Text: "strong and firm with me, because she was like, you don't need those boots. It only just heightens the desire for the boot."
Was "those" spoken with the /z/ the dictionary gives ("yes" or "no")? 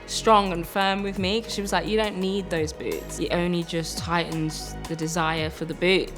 yes